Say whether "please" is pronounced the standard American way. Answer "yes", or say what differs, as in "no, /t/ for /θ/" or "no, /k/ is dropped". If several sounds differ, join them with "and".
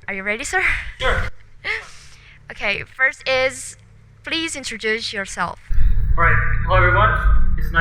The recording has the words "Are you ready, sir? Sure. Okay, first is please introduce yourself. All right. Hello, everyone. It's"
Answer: yes